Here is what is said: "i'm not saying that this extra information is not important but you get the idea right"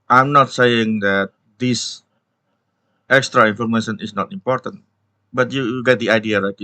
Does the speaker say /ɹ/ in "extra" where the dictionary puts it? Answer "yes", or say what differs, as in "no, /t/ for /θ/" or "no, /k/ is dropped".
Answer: yes